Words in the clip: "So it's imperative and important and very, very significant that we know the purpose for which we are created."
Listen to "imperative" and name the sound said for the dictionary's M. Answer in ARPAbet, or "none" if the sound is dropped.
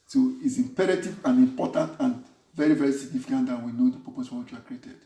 M